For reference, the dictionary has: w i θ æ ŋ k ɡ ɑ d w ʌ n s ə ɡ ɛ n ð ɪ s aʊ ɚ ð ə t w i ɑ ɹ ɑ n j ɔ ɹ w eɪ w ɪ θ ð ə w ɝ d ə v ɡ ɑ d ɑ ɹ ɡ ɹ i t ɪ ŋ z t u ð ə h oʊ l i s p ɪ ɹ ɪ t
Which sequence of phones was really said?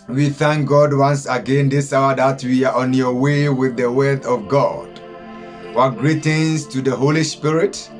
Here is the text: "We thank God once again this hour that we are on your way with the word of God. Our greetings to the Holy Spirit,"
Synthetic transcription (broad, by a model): w i θ æ ŋ k ɡ ɑ d w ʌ n s ə ɡ ɛ n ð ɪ s aʊ ɚ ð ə t w i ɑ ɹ ɑ n j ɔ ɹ w eɪ w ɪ ð ə w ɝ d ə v ɡ ɑ d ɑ ɡ ɹ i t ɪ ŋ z t u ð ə h oʊ l i s p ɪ ɹ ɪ t